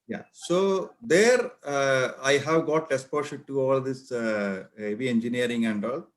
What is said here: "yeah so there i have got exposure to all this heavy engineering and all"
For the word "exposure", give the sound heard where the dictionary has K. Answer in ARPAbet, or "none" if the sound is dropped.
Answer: none